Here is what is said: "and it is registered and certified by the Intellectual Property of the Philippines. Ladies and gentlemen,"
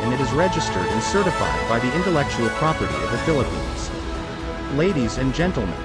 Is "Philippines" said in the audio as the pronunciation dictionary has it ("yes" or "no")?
yes